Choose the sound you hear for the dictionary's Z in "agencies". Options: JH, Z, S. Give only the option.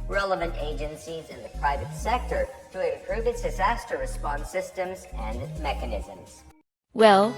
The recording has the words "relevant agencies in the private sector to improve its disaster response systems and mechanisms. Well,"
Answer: Z